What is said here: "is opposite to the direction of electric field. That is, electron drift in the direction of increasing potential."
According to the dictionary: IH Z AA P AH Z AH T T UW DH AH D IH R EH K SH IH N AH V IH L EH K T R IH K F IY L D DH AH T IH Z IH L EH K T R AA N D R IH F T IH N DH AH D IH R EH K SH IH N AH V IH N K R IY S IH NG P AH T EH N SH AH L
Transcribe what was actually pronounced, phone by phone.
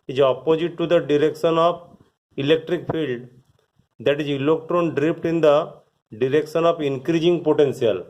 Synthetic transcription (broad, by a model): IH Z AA P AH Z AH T T UW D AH D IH R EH K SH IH N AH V IH L EH K T R IH K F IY L D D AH T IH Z IH L EH K T R AA N D R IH P T IH N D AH D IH R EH K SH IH N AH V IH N K R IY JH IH NG P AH T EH N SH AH L